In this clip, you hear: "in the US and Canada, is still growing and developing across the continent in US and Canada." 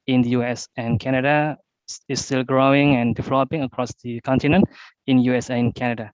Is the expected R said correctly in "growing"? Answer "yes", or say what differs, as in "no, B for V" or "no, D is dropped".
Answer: yes